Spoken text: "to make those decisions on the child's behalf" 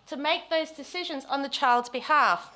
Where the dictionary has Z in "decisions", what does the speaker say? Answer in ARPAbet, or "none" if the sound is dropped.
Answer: Z